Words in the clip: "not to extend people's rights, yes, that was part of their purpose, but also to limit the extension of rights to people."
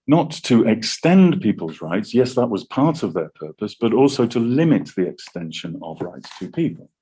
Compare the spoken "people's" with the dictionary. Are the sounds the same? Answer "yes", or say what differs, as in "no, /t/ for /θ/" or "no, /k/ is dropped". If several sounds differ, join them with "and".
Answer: yes